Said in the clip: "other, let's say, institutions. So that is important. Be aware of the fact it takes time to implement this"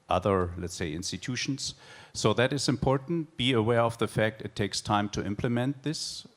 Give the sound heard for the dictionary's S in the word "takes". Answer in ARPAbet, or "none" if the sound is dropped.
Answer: S